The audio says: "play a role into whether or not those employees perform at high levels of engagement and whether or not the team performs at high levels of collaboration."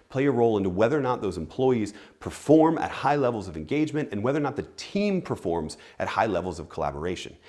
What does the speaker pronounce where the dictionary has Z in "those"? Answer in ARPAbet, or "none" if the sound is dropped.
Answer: Z